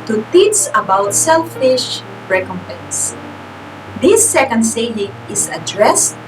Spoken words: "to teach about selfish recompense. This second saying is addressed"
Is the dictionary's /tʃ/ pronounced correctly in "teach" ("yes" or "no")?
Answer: no